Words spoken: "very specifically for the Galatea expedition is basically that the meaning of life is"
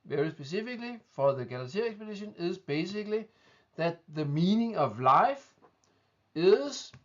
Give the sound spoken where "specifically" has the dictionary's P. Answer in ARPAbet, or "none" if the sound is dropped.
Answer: B